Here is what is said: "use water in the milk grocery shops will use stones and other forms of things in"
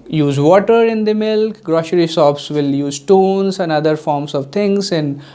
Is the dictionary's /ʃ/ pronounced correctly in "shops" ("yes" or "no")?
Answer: no